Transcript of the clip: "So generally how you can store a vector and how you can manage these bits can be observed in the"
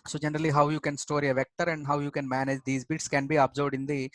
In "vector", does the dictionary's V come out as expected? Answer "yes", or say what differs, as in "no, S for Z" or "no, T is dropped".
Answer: yes